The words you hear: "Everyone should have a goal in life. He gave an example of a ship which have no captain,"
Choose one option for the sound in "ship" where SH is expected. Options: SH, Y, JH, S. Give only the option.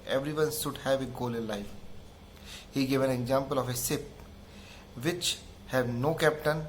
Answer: S